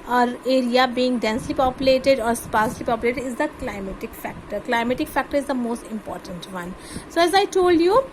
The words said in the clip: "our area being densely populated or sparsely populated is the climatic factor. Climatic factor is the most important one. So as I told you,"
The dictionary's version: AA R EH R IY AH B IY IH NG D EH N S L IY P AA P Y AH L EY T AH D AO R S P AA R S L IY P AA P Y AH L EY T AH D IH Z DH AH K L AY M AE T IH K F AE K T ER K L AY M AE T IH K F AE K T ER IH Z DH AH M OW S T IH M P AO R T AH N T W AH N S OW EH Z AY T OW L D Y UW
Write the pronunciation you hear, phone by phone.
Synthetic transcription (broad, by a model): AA R EH R IY AH B IY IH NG D EH N S L IY P AA P Y AH L EY T AH D AO R S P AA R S L IY P AA P Y AH L EY T AH D IH Z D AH K L AY M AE T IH K F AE K T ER K L AY M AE T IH K F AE K T ER IH Z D AH M OW S T IH M P AO R T AH N T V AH N S OW EH Z AY T OW L D Y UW